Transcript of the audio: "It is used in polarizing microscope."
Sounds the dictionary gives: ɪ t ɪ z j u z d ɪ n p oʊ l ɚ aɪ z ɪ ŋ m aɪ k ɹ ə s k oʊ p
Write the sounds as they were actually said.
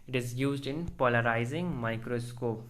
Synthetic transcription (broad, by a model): ɪ t ɪ z j u z d ɪ n p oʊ l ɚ aɪ z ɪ ŋ m aɪ k ɹ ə s k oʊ p